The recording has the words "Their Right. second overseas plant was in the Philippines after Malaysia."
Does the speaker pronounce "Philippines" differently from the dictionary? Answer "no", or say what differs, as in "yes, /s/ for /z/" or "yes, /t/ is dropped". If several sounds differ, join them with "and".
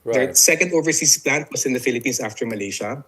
yes, /s/ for /z/